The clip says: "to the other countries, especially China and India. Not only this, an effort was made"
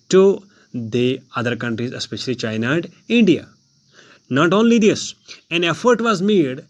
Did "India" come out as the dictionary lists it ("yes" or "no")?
yes